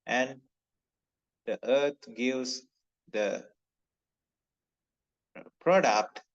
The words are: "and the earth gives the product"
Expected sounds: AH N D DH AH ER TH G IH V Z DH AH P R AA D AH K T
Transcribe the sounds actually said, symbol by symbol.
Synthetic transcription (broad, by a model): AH N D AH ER T G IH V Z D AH P R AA D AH K T